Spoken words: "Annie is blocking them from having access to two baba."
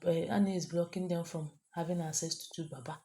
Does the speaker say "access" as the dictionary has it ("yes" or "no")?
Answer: no